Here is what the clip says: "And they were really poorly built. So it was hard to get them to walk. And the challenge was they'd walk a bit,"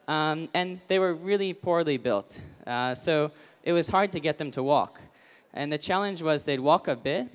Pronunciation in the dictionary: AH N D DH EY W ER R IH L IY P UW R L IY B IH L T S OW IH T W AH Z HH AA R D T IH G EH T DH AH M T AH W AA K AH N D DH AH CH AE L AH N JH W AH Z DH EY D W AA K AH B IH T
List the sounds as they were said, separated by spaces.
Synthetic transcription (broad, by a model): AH N DH EY W ER R IH L IY P UW R L IY B IH L T S OW IH T W AH Z HH AA R D T IH G EH T DH AH M T AH W AA K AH N DH AH CH AE L AH N JH W AH Z DH EY D W AA K AH B IH T